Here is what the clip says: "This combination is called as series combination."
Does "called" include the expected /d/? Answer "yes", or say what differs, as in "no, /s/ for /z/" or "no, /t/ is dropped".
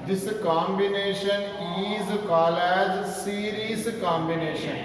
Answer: no, /d/ is dropped